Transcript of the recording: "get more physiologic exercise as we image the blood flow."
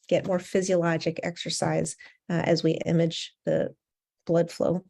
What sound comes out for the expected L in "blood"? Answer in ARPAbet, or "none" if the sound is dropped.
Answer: L